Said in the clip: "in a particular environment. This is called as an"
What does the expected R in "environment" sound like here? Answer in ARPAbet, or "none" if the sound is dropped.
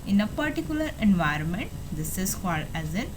R